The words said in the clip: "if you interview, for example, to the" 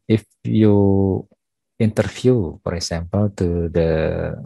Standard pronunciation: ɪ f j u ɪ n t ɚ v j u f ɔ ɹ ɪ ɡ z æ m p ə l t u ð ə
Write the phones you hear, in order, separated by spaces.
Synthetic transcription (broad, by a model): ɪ f j u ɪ n t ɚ f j u f ɔ ɹ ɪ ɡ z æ m p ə l t u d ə